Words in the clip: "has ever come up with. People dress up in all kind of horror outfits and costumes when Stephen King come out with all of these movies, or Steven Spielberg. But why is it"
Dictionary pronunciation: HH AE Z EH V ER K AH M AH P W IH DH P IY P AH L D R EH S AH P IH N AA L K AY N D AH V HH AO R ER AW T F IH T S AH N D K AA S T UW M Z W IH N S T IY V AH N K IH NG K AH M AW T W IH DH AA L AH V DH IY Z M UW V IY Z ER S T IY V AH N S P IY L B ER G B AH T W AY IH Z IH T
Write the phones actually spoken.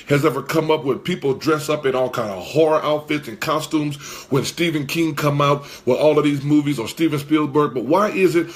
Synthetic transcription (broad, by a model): HH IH Z EH V ER K AH M AH P W IH DH P IY P L D R EH S AH P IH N AA L K AY N D AH V HH AO R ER AW T F IH T S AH N K AA S T UW M Z W IH N S T IY V AH N K IH NG K AH M AW T W IH DH AA L AH V DH IY Z M UW V IY Z ER S T IY V AH N S P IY L B ER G B AH T W AY IH Z IH T